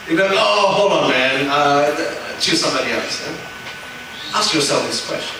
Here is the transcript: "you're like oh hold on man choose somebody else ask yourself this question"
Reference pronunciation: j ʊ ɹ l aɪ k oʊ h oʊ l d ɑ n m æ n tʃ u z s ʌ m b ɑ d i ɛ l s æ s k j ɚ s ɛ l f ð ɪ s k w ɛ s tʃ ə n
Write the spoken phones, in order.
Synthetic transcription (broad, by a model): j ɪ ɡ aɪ oʊ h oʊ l ɑ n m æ n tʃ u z s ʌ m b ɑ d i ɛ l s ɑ s k j ɚ s ɛ l f ð ɪ s k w ɛ s tʃ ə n